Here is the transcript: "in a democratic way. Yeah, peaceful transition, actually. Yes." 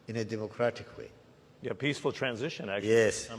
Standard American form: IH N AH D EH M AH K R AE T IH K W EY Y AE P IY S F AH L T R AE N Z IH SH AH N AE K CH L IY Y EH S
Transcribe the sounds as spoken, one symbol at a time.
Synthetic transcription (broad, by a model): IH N AH D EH M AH K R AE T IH K W EY Y AE P IY S F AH L T R AE N Z IH SH AH N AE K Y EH S